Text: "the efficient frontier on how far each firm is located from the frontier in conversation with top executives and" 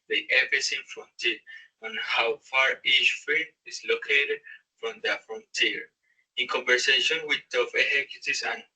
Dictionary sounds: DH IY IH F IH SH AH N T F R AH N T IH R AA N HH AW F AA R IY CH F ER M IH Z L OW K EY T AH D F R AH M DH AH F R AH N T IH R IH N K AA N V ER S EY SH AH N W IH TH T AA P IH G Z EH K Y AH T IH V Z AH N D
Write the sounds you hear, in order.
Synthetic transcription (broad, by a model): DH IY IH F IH S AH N F R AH N T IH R AA N HH AW F AA R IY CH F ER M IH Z L OW K EY T AH D F R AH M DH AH F R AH N T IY R IH N K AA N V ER S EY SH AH N W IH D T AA F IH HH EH K Y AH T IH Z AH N